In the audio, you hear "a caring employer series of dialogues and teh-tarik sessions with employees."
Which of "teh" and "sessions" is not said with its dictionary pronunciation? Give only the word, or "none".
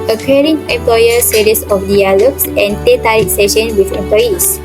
sessions